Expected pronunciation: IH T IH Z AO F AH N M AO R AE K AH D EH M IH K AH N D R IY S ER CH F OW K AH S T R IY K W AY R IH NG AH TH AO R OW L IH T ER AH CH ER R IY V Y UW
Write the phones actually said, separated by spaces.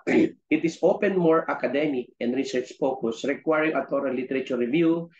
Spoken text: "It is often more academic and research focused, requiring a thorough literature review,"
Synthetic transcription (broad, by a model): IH T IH S AO P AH N M AO R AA K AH D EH M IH K AH N D R IY S ER CH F OW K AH S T R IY K W AY R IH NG AH T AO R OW L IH T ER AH CH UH R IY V Y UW